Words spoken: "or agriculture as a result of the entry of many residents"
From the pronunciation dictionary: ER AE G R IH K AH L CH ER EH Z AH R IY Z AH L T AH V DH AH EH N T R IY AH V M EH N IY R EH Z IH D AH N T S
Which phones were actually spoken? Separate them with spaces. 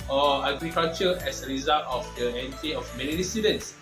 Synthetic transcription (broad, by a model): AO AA G R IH K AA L CH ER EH S AH R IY Z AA L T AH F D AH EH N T IY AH F M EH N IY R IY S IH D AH N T S